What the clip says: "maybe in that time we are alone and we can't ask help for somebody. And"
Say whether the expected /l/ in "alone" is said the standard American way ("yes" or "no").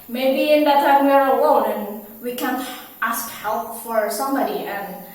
no